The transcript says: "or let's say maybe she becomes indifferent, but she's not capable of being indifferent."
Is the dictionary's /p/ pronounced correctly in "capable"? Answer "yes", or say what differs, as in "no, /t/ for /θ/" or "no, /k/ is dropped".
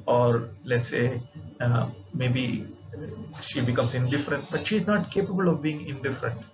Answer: yes